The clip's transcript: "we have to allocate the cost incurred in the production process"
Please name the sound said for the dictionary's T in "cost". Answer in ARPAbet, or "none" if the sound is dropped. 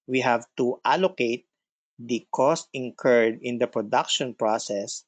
T